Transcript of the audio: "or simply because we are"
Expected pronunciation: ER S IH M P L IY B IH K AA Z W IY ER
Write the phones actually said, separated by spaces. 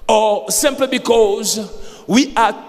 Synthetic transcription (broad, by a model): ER S IH M P L IY B IH K AA Z W IY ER